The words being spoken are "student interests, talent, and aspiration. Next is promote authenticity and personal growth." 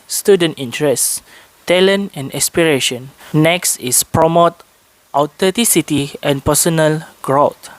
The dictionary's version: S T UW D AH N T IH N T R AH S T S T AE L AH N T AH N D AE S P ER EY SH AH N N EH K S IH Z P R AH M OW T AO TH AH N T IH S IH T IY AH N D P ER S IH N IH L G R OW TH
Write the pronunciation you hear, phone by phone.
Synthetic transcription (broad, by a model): S T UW D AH N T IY N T R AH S S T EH L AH N AH N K S P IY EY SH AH N N EH K S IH S P R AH M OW T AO T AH T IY S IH T IY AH N P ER S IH N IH L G R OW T